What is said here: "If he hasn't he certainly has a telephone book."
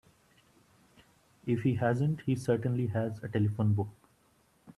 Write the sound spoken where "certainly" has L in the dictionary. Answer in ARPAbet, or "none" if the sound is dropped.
L